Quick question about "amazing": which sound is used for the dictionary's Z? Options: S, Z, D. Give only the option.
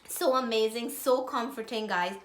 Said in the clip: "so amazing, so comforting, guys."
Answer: Z